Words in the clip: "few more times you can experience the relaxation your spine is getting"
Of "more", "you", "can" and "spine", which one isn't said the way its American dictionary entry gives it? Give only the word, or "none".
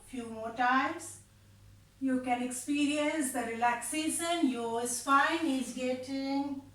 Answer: spine